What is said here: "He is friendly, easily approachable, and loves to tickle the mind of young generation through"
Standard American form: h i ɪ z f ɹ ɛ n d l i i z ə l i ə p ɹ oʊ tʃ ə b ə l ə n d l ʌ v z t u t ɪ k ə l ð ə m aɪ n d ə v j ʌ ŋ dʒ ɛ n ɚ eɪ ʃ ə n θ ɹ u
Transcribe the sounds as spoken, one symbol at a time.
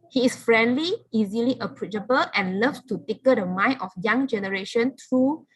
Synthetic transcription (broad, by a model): h i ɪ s f ɹ ɛ n d l i i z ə l i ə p ɹ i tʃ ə b ə l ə n l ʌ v t u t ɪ k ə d ə m aɪ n ə f j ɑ ŋ dʒ ɛ n ɚ eɪ ʃ ə n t ɹ u